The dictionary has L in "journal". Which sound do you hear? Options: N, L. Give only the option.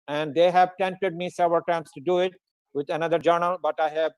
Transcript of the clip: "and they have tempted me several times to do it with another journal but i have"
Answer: L